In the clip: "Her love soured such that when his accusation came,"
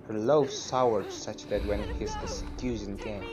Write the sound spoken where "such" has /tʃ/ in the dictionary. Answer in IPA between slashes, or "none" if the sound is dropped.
/tʃ/